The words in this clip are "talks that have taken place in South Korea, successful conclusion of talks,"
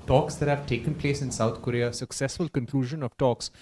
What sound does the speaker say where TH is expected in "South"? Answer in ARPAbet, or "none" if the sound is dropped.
T